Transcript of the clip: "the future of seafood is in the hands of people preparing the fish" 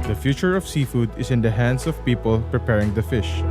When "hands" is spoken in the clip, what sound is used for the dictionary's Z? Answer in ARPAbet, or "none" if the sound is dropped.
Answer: S